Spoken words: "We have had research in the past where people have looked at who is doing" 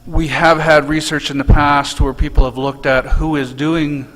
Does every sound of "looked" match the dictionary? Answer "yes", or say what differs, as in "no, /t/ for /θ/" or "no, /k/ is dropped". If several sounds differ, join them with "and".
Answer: yes